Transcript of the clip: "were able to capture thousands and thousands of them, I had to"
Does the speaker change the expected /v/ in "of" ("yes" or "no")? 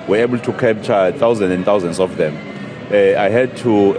yes